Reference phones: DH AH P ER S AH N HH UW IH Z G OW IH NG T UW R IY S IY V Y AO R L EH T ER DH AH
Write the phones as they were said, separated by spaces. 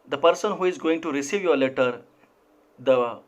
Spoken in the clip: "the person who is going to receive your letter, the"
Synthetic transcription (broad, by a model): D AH P ER S AH N HH UW IH Z G OW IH NG T UW R IY S IY V Y AO R L EH T ER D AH